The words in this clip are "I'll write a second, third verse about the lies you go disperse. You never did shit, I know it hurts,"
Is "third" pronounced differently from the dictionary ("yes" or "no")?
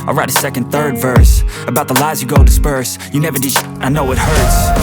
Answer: no